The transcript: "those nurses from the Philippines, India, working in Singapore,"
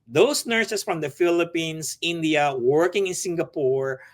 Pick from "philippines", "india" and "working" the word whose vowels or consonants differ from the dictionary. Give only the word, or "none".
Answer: philippines